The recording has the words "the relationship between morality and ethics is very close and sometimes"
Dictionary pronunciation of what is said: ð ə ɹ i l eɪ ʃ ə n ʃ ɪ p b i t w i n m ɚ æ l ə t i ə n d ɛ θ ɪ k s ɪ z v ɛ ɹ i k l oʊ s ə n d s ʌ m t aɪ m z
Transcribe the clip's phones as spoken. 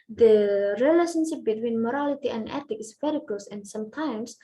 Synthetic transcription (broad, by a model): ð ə ɹ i l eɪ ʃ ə n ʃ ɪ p b i t w i n m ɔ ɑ l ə t i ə n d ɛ t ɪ k ɪ s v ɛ ɹ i k l oʊ s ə n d s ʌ m t aɪ m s